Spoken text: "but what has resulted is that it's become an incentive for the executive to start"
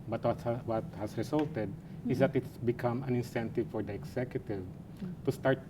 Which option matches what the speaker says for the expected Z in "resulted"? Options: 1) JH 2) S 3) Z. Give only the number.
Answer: 2